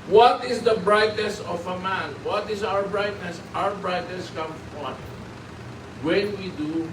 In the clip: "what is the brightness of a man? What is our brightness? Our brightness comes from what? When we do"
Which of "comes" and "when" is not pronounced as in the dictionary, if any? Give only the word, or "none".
comes